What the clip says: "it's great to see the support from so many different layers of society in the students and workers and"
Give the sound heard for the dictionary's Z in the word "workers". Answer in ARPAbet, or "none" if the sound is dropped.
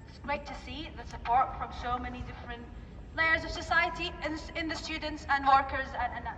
Z